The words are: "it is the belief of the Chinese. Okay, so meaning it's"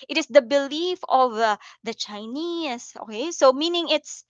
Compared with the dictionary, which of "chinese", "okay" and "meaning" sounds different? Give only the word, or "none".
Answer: chinese